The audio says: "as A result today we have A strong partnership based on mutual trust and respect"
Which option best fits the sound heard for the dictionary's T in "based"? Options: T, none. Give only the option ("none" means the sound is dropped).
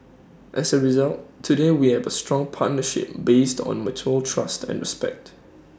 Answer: T